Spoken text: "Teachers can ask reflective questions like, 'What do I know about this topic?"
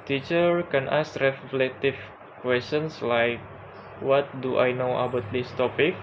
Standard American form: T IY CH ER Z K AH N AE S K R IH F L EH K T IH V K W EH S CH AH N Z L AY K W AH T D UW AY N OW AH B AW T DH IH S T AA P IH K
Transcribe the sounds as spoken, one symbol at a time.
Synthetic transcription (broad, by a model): T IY CH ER K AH N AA S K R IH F L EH T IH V K W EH S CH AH N S L AY K W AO T D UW AY N OW AH B AW T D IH S T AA P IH K